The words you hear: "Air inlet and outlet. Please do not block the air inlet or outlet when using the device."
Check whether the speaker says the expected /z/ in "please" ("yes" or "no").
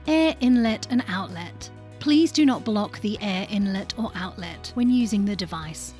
yes